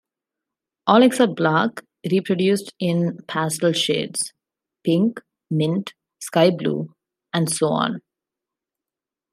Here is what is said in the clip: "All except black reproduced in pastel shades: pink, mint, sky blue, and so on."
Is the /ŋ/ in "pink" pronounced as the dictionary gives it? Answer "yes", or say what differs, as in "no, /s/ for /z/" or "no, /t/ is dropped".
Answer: yes